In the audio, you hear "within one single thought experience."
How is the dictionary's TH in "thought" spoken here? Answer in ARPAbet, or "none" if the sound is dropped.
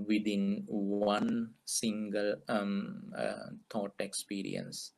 T